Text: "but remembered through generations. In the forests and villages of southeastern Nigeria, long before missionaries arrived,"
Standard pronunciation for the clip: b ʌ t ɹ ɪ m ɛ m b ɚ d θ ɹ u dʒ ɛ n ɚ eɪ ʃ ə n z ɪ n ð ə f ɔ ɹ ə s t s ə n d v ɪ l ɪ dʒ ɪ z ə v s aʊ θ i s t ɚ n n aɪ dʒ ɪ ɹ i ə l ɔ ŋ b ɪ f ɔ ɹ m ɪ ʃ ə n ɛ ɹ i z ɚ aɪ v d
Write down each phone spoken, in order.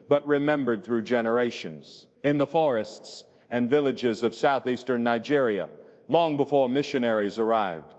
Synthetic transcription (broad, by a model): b ʌ t ɹ ɪ m ɛ m b ɚ d θ ɹ u dʒ ɛ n ɚ eɪ ʃ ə n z ɪ n ð ə f ɔ ɹ ə s t s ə n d v ɪ l ɪ dʒ ɪ z ə v s aʊ θ i s t ɚ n n aɪ dʒ ɪ ɹ i ə l ɔ ŋ b ɪ f ɔ ɹ m ɪ ʃ ə n ɛ ɹ i z ɚ aɪ v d